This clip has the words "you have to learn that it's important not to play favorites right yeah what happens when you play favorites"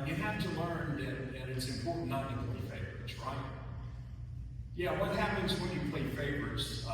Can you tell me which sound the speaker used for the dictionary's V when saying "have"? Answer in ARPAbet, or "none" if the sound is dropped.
F